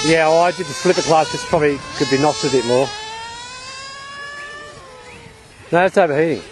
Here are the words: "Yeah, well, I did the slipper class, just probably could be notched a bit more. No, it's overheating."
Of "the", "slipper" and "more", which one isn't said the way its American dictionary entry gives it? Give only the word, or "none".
none